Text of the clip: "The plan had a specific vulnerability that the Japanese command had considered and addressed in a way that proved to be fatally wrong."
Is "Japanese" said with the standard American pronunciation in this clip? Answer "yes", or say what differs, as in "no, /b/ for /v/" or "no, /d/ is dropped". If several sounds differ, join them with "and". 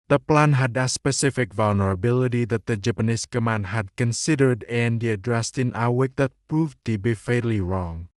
no, /s/ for /z/